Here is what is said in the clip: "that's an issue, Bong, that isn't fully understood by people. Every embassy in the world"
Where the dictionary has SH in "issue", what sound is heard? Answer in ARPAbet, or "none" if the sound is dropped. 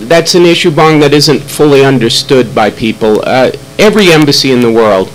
SH